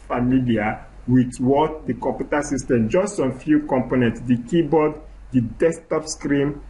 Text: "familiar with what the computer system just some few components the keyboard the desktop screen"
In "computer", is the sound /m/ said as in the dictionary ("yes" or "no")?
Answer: no